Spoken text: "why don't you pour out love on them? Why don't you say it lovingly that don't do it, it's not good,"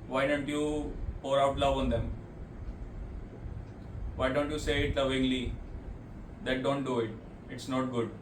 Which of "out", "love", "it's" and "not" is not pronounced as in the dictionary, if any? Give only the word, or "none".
none